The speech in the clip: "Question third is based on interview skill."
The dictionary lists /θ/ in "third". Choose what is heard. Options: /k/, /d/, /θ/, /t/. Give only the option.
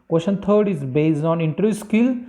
/t/